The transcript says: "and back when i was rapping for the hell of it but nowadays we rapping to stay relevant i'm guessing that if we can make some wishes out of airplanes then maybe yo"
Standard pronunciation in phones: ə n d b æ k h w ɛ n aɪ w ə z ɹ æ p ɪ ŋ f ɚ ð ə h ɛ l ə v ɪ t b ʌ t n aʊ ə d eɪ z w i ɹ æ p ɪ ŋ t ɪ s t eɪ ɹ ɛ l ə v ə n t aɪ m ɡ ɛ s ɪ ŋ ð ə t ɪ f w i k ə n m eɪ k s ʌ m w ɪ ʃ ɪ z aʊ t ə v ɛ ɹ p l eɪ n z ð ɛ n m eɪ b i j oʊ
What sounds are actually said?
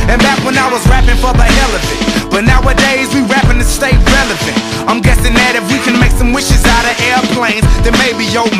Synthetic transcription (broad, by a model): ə n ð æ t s w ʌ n aɪ w ə z ɹ æ p ɪ ŋ f ɚ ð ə h ɛ l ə f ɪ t b ʌ t n aʊ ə d eɪ z w i ɹ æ p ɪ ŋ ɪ s t eɪ ɹ ɛ l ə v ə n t aɪ m ɡ ɛ s ɪ ŋ ð ə t ɪ f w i k ə n m eɪ k s ʌ m w ɪ ʃ ɪ z aʊ t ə ɛ ɹ p l eɪ n z ð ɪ m eɪ b i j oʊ